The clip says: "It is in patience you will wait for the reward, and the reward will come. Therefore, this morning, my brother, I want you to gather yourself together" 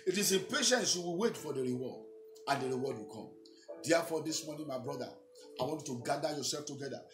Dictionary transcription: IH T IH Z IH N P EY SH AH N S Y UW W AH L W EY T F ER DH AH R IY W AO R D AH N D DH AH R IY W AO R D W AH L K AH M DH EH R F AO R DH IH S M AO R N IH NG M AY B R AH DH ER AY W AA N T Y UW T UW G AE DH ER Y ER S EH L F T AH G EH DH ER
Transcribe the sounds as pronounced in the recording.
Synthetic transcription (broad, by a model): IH T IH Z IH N P EY SH AH N S Y UW W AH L W EY T F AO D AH R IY W AO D AH N D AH R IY W AO D W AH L K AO M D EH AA F AO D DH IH S M AO N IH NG M AY B R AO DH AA AY W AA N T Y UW T UW G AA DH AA Y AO S EH L F T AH G EH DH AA